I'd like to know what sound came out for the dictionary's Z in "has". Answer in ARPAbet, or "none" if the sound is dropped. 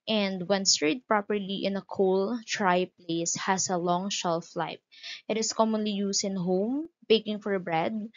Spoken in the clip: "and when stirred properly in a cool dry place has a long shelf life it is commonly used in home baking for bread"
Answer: S